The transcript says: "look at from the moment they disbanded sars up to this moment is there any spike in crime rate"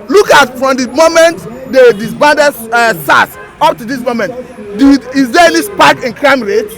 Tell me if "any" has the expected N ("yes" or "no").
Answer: no